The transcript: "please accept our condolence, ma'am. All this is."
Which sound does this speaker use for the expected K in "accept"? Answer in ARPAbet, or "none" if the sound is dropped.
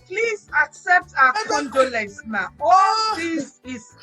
K